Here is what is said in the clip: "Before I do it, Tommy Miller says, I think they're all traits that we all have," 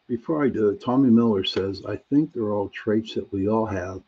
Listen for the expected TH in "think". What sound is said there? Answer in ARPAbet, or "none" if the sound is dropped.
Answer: TH